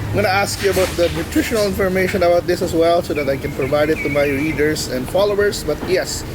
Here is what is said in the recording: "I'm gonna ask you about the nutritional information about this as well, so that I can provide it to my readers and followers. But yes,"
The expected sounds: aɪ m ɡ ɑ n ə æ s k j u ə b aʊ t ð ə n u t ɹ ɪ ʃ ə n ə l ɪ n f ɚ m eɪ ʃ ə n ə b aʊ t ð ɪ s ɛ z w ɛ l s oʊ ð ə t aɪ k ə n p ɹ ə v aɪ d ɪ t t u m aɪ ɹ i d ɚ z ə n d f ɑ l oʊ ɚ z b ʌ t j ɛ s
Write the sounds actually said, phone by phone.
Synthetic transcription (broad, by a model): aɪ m ɡ ɑ n ə æ s k j u ə b aʊ t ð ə n u t ɹ ɪ ʃ ə n ə l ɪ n f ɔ m eɪ ʃ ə n ə b aʊ t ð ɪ s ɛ s w ɛ l s oʊ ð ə t aɪ k ə n p ɹ ə v aɪ d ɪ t t u m aɪ ɹ i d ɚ s ə n d f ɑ l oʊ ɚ s b ʌ t j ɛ s